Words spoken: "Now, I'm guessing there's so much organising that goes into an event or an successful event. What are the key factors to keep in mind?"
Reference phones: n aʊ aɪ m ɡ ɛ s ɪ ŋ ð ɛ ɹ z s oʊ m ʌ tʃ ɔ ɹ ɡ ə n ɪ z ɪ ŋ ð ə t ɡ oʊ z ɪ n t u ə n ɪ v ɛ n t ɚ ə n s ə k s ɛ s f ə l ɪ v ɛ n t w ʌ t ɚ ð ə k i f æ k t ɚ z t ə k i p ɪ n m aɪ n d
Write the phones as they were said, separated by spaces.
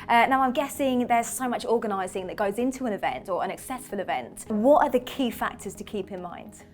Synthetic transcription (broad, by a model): n aʊ aɪ m ɡ ɛ s ɪ ŋ ð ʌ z s oʊ m ʌ tʃ ɔ ɡ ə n ɪ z ɪ ŋ ð ə t ɡ oʊ z ɪ n t u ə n ɪ v ɛ n t ɚ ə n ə k s ɛ s f ə l ɪ v ɛ n t w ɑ t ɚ ð ə k i f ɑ k t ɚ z t ə k i p ɪ n m aɪ n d